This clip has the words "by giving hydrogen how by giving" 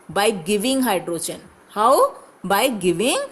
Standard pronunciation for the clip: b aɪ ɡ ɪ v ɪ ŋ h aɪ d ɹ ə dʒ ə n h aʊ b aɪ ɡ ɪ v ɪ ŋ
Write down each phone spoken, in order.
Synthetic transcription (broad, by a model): b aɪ ɡ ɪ v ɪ ŋ h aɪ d ɹ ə tʃ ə n h aʊ b aɪ ɡ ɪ v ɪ ŋ